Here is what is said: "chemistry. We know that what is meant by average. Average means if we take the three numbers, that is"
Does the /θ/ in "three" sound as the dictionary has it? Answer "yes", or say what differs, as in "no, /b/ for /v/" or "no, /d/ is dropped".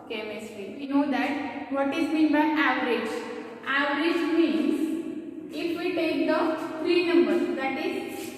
no, /f/ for /θ/